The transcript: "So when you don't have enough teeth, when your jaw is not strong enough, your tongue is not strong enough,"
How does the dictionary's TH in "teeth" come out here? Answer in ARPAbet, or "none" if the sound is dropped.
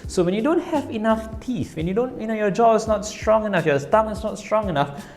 F